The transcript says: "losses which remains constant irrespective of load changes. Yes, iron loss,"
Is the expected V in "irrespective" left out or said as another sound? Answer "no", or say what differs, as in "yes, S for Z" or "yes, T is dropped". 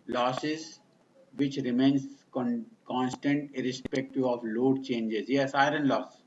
yes, V is dropped